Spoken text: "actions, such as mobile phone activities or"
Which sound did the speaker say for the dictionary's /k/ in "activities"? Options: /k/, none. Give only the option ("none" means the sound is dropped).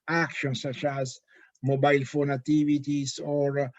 none